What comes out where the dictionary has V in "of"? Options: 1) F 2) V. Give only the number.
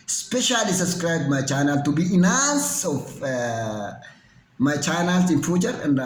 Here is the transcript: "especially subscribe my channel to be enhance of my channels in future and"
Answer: 1